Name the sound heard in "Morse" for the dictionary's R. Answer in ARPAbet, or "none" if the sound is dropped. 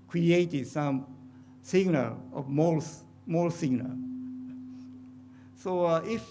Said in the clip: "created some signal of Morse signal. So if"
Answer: L